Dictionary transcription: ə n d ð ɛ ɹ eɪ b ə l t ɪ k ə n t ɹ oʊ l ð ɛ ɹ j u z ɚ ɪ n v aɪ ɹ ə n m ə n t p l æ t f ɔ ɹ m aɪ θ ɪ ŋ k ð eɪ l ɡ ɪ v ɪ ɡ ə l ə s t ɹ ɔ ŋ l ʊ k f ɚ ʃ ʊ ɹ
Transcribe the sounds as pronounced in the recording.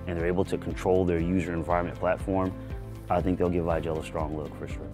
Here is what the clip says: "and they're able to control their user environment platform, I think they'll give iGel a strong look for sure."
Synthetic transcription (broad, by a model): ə n ð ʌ ɹ eɪ b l t ɪ k n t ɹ oʊ l ð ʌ ɹ j u z ɚ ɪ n v aɪ ɹ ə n m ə n p l æ t f ɔ ɹ m aɪ θ ɪ ŋ k ð eɪ l ɡ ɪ v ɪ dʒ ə l ə s t ɹ ɔ ŋ l ʊ k f ɚ ʃ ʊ ɹ